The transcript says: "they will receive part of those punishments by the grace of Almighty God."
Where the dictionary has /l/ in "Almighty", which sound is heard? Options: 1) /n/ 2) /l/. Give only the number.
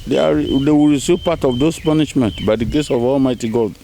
2